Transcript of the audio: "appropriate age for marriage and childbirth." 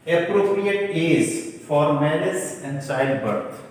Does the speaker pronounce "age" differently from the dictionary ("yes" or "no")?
yes